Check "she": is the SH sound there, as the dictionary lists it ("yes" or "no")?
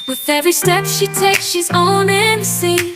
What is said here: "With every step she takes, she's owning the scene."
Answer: yes